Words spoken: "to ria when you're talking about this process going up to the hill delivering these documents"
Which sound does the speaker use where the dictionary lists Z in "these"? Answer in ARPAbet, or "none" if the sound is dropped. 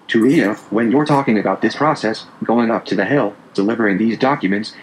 Z